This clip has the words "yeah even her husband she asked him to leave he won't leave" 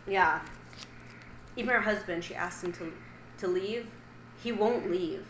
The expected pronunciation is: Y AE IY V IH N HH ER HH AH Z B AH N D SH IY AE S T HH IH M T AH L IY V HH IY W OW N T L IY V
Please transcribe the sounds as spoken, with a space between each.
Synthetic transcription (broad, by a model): Y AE IY V IH N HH ER HH AH Z B AH N D SH IY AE S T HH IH M T AH L IY V HH IY W OW N T L IY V